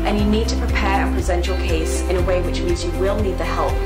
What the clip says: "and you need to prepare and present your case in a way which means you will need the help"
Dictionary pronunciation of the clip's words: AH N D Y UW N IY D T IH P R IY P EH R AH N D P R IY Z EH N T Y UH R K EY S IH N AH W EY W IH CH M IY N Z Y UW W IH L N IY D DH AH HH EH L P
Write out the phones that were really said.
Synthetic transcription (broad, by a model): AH N Y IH N IY D T IH P R IY P EH R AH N P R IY Z EH N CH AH R K EY S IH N AH W EY W IH CH M IY N Z Y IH W IH L N IY D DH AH HH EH L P